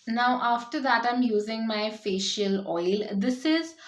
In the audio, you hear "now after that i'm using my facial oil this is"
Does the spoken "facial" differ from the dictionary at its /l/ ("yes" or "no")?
no